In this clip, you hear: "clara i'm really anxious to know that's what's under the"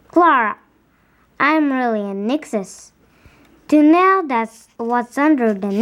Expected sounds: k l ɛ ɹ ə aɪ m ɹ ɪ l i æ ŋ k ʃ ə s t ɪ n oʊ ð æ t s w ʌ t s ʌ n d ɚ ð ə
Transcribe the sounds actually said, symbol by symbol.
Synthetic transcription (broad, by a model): k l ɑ ɹ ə aɪ m ɹ ɪ l i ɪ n k s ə s t ɪ n oʊ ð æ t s w ʌ t s ʌ n d ɚ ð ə